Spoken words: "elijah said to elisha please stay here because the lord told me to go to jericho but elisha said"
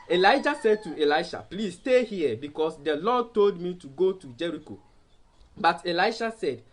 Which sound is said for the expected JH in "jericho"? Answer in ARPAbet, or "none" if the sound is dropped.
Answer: JH